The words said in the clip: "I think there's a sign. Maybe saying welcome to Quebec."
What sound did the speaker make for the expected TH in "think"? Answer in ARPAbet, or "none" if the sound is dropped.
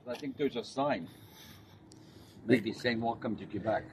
TH